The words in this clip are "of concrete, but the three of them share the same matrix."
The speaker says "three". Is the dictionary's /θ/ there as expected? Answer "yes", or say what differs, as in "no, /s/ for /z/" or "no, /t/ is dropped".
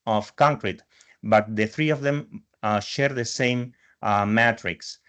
yes